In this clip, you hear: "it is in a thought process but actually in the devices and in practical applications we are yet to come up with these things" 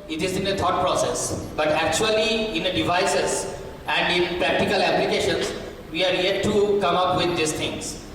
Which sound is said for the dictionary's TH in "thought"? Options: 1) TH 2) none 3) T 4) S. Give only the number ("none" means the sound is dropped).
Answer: 3